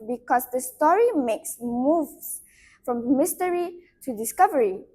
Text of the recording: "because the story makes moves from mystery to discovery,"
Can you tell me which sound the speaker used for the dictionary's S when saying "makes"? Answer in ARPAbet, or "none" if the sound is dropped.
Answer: S